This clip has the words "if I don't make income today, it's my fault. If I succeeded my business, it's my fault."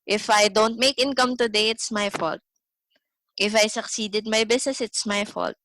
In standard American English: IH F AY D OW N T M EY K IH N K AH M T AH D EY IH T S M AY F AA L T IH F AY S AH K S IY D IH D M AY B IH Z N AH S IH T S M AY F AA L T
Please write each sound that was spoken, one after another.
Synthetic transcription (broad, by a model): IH F AY D OW N T M EY K IH N K AH M T AH D EY IH T S M AY F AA L T IH F AY S AH K S IY D IH D M AY B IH S N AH S IH T S M AY F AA L T